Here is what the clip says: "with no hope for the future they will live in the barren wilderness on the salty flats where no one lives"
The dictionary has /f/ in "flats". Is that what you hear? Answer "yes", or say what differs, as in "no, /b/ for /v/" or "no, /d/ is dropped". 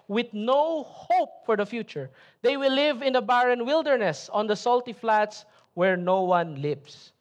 yes